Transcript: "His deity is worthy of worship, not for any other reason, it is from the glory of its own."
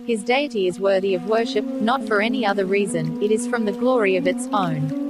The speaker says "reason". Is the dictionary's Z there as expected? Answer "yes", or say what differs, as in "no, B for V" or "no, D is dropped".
yes